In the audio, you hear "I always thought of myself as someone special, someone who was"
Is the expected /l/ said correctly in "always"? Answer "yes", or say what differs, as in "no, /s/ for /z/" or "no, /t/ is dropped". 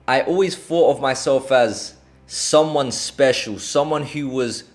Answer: yes